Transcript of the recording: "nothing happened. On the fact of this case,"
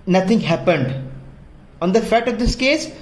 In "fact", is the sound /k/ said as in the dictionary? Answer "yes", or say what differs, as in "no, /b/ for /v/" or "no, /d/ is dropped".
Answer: no, /k/ is dropped